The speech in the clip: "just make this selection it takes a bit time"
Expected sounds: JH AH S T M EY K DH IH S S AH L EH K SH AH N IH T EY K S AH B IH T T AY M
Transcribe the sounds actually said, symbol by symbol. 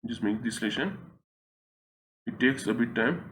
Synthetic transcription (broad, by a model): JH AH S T M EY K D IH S S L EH SH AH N IH T EY K S AH B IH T T AY M